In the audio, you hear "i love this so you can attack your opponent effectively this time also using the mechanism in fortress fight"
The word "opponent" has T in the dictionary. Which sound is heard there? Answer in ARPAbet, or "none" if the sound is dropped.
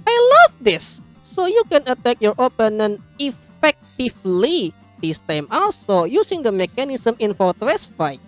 none